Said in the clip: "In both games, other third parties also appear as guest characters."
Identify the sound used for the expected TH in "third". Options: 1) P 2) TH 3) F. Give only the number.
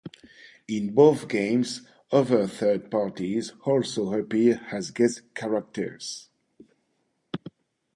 2